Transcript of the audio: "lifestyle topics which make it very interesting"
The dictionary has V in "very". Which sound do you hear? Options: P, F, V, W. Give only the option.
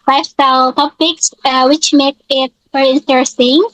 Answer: F